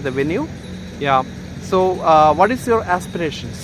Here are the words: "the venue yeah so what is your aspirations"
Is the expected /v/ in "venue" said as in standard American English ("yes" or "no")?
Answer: yes